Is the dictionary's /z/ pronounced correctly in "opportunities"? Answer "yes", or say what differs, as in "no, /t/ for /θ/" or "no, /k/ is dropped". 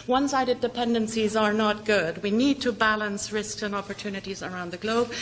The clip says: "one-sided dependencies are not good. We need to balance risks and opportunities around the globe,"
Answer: yes